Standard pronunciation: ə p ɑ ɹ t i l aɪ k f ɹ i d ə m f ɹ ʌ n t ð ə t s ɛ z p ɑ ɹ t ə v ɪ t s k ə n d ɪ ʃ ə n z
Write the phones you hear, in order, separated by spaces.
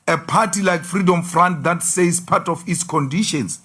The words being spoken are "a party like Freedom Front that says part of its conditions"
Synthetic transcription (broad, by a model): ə p ɑ t i l aɪ k f ɹ i d ə m f ɹ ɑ n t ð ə t s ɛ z p ɑ t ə f ɪ t s k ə n d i ʃ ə n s